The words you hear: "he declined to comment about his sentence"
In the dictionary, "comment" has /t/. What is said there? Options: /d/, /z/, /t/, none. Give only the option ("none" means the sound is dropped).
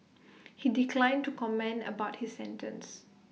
none